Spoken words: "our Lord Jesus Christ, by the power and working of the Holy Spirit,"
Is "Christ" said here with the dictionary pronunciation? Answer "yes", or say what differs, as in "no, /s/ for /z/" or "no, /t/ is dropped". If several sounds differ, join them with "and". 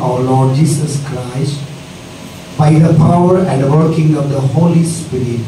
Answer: yes